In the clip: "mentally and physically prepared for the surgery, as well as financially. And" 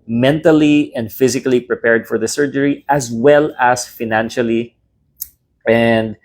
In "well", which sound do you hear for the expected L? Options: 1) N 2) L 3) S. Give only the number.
2